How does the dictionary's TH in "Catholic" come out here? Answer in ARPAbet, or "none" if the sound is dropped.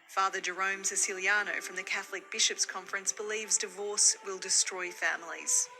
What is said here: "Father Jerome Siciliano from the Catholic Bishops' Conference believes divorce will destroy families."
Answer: TH